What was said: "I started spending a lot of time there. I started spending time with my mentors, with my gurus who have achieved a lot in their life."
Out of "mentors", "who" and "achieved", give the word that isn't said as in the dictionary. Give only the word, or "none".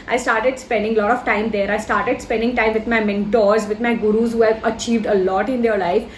none